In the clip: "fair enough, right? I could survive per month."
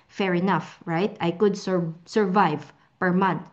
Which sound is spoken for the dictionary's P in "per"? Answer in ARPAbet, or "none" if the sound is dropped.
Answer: P